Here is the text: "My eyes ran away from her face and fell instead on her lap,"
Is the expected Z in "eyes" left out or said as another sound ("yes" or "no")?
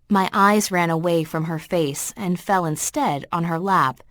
no